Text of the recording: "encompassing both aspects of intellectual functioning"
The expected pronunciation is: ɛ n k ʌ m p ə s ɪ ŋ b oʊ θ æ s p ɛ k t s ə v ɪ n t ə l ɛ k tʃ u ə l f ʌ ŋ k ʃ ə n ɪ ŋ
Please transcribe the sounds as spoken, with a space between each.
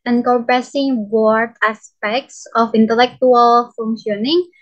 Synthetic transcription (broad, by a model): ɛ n k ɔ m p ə s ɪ ŋ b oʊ t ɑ s p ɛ k t s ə f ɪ n t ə l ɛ k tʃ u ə l f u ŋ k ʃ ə n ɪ ŋ